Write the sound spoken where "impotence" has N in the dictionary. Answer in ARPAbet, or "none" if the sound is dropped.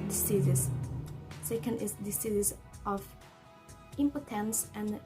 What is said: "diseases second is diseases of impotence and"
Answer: N